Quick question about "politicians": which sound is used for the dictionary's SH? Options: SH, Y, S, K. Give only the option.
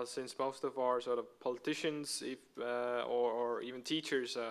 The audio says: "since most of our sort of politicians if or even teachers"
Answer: SH